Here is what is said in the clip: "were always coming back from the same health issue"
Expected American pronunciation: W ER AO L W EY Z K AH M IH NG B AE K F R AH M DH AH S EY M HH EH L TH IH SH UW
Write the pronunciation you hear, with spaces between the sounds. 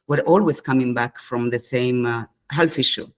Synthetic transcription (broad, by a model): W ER AO L W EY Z K AH M IH NG B AE K F R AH M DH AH S EY M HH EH L F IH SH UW